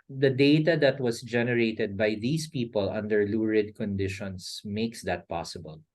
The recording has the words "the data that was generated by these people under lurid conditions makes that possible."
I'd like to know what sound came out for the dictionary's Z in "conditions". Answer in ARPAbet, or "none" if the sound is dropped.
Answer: S